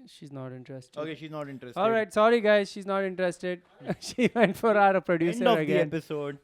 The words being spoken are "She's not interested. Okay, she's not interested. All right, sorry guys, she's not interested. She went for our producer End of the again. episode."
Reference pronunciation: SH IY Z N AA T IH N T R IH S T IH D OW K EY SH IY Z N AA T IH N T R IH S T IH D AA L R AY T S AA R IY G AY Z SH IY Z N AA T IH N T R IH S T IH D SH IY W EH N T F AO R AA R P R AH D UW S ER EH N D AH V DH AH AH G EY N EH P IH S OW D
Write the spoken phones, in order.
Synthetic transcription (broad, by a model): SH IY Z N AA T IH N T R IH S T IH OW K EY SH IY Z N AA T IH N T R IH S AA L R AY T S AA R IY G AY Z SH IY Z N AA T IH N T R IH S T IH D SH IY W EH N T F AO R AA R P R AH D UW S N AH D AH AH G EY EH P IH S OW D